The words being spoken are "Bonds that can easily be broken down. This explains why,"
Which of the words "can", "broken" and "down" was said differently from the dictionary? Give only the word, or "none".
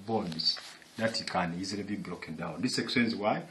broken